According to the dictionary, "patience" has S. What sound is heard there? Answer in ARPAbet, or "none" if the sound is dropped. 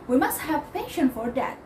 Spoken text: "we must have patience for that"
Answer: none